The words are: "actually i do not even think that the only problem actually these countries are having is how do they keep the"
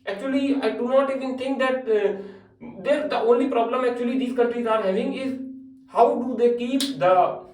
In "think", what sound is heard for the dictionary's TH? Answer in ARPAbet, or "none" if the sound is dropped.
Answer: T